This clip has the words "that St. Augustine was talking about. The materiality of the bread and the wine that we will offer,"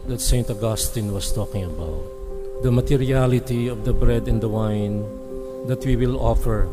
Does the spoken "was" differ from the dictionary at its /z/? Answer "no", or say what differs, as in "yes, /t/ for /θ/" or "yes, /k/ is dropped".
yes, /s/ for /z/